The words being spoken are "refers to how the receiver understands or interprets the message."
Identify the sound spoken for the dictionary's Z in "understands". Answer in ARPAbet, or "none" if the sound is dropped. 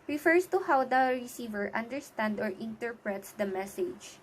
none